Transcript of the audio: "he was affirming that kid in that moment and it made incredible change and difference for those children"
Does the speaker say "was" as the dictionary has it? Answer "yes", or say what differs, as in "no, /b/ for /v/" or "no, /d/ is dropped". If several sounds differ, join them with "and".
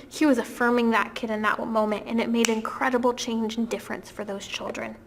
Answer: yes